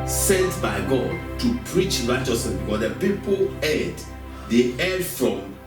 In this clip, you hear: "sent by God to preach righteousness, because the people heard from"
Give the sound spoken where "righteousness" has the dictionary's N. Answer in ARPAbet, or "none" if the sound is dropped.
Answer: none